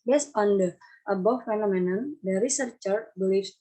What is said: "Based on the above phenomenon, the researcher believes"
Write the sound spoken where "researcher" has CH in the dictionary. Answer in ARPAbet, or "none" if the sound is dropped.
CH